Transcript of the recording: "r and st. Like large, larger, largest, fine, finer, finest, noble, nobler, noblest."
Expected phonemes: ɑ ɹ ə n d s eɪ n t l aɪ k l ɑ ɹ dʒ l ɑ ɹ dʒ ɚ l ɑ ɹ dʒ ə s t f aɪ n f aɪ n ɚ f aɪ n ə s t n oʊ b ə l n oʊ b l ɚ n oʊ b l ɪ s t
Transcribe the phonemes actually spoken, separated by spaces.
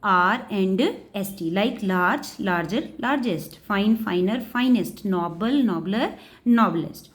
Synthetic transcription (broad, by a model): ɑ ɹ ə n d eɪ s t l aɪ k l ɑ ɹ dʒ l ɑ ɹ dʒ ɚ l ɑ ɹ dʒ ə s t f aɪ n f aɪ n ɚ f aɪ n ə s t n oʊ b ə l n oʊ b l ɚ n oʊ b l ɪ s t